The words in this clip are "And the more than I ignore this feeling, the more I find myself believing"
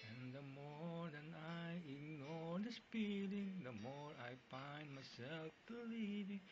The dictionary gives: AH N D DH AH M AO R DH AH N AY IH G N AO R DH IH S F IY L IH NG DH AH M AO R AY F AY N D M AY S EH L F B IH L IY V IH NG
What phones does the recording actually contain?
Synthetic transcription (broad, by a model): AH N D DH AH M AO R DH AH N AY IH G N AO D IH S P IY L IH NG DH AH M AO R AY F AY N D M AY S EH L F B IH L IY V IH NG